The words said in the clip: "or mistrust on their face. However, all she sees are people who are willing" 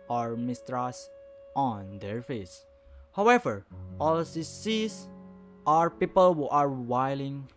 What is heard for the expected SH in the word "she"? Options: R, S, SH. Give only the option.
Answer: S